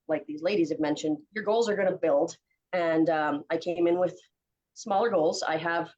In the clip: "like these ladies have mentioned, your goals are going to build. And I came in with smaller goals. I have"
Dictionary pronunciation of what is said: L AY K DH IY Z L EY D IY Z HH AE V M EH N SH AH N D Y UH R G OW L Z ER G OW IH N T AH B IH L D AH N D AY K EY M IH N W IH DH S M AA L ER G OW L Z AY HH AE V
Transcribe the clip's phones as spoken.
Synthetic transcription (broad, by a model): L AY K DH IY Z L EY D IY Z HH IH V M EH N SH AH N D Y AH R G OW L Z ER G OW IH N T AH B IH L D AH N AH AY K EY M IH N W IH DH S M AA L ER G OW L Z AY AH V